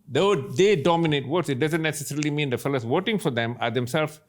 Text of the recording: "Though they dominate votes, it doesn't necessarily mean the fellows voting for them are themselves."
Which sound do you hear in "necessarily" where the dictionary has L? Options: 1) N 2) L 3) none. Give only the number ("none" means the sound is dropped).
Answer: 2